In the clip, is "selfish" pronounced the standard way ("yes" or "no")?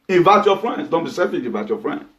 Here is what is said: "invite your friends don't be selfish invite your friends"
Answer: no